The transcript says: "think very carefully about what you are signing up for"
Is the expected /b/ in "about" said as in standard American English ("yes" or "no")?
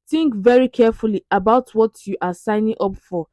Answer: yes